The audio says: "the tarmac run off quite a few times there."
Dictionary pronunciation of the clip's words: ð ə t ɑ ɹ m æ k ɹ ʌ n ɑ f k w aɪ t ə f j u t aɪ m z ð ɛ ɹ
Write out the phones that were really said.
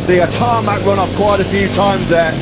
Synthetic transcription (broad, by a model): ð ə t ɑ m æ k ɹ ʌ n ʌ p k w aɪ t ə f j u t aɪ m z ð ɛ